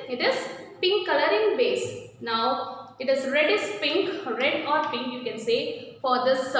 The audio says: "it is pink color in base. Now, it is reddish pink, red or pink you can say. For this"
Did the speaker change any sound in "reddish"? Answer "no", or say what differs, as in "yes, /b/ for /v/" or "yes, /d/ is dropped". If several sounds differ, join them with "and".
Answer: yes, /s/ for /ʃ/